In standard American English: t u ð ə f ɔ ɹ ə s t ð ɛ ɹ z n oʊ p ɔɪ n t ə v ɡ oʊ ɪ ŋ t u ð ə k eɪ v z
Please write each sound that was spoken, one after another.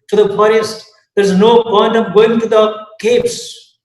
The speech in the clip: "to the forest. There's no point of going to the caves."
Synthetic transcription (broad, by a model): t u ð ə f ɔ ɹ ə s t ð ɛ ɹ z n oʊ b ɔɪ n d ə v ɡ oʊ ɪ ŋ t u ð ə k eɪ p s